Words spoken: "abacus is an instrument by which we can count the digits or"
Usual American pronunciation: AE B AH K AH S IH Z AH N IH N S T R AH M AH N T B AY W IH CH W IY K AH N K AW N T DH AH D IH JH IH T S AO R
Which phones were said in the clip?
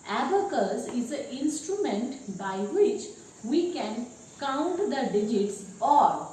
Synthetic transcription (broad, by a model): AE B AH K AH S IH Z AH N IH N S T R AH M AH N T B AY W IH CH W IY K AH N K AW N T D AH D IH JH IH T S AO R